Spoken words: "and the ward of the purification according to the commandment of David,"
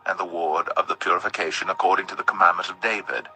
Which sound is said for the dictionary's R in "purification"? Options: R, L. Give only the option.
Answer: R